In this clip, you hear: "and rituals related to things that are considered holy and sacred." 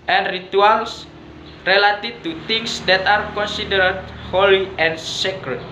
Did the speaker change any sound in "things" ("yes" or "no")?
yes